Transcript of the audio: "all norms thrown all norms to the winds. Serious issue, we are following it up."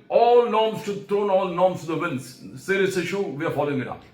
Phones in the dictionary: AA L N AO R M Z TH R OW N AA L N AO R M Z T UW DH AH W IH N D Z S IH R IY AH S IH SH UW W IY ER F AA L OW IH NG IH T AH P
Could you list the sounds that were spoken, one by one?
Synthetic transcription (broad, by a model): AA L N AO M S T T R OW N AA L N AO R M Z T UW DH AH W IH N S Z S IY R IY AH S IH SH UW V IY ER F AA L OW IH NG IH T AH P